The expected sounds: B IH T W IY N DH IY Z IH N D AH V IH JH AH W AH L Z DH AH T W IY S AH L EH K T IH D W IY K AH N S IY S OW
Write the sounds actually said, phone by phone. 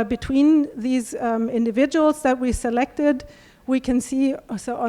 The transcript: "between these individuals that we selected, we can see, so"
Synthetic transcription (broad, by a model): B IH T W IY N DH IY Z IH N D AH V IH JH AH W L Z DH AH T W IY S AH L EH K T IH D W IY K AH N S IY S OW